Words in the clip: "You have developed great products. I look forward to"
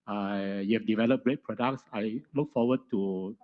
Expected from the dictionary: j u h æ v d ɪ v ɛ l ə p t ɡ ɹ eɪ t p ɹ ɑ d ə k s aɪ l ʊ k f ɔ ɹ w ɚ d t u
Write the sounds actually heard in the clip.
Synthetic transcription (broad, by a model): j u h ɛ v d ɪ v ɛ l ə p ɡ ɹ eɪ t p ɹ ɑ d ə k s aɪ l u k f ɔ w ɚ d t u